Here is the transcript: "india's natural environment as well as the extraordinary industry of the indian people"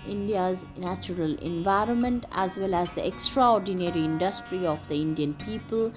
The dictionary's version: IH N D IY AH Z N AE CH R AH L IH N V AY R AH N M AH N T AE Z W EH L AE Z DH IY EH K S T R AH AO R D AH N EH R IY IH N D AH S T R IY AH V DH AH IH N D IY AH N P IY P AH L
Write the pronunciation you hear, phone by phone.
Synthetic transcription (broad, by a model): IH N D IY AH Z N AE CH R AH L IH N V AY R AH N M AH N T AE Z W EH L AE Z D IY EH K S T R AH AO R D AH N EH R IY IH N D AH S T R IY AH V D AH IH N D IY AH N P IY P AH L